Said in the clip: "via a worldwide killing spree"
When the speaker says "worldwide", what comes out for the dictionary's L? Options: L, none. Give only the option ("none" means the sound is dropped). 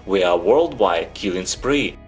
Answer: L